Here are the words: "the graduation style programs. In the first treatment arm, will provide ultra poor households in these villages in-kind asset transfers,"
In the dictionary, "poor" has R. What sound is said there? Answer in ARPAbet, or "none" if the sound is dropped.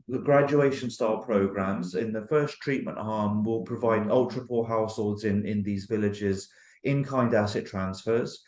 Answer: L